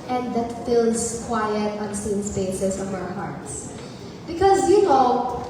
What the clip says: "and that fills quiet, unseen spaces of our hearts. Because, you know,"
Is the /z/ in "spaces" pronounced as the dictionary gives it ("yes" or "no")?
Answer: no